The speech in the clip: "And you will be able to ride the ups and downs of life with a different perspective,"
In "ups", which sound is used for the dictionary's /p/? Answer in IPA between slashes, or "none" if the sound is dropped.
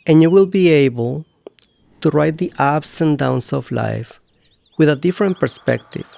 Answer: /b/